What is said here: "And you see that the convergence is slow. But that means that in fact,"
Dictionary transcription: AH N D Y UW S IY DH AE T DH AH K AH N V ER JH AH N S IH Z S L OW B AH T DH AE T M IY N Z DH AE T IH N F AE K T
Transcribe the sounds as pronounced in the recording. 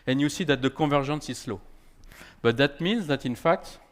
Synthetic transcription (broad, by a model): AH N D Y UW S IY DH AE T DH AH K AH V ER ZH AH N S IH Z S L OW B AH T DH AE T M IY N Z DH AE T IH N F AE K T